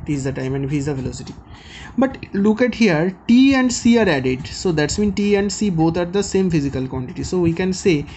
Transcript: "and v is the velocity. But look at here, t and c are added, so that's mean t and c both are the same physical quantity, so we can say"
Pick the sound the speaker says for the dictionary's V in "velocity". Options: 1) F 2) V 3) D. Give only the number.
1